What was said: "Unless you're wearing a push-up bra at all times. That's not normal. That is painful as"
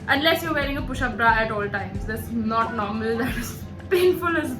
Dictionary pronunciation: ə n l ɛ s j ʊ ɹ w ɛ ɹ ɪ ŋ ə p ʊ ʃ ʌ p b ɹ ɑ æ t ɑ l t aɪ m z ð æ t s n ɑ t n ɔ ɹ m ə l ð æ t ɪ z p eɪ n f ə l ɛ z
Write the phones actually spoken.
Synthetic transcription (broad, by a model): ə n l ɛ s j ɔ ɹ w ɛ ɹ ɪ ŋ ə p ʊ ʃ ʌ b ɹ ɑ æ t ɑ l t aɪ m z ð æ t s n ɑ t n ɔ ɹ m ə l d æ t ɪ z p eɪ n f ə l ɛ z